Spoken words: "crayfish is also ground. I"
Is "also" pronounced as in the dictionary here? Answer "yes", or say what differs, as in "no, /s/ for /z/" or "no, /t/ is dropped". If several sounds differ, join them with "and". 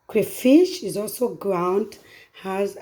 yes